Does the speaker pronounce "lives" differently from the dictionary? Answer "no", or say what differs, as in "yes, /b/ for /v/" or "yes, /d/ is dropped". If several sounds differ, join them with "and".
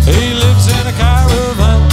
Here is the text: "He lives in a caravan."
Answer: no